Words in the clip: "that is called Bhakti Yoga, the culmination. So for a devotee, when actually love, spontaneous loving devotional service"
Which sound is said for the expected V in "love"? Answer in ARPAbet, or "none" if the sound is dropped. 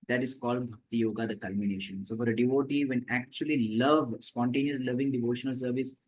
V